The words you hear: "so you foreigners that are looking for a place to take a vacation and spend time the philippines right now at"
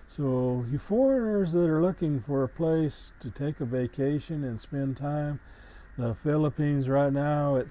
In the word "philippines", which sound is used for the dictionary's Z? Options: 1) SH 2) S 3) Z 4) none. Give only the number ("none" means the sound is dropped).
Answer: 3